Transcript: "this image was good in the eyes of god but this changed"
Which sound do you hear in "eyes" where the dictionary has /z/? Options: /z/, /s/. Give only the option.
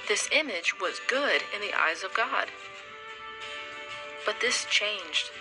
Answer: /z/